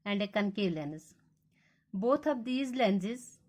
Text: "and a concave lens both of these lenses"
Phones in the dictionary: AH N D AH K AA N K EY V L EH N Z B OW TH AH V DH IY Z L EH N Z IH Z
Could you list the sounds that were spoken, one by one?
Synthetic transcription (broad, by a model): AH N D AH K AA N K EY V L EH N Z B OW T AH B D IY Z L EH N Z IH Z